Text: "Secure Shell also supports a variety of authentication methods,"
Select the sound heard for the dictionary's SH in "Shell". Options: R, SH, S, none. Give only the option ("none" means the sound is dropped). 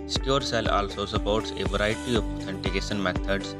S